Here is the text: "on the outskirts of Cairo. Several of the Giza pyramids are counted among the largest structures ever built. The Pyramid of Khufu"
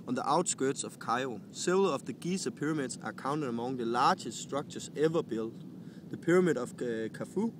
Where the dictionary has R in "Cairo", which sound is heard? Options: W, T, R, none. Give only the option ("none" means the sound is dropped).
none